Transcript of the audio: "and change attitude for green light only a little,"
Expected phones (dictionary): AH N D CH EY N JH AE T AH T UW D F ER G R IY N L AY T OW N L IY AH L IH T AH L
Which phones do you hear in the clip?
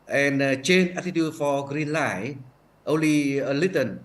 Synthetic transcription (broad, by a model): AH N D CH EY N AE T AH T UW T F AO G R IY N L AY T OW N L IY AH L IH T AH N